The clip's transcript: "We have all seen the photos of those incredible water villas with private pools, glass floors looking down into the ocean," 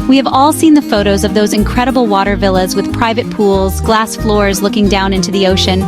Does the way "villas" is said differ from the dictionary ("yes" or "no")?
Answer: no